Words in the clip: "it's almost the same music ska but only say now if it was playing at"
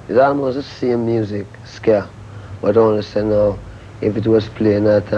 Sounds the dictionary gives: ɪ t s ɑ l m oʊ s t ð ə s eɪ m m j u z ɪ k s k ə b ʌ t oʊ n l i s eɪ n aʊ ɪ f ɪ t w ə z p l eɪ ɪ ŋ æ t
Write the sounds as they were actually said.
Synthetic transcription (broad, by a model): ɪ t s ɑ l m oʊ s t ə s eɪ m m j u z ɪ k s k ə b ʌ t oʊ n n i s eɪ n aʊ ɪ f ɪ t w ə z p l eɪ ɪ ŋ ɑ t